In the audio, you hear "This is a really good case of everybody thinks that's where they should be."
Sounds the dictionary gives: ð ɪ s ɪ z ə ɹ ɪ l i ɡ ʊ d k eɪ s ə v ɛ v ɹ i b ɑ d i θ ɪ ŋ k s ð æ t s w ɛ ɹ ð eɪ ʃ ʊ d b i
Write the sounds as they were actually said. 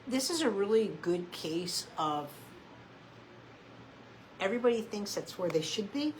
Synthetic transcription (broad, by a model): ð ɪ s ɪ z ə ɹ ɪ l i ɡ ʊ d k eɪ s ə v ɛ v ɹ i b ɑ d i θ ɪ ŋ k s ð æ t s w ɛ ɹ ð eɪ ʃ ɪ d b i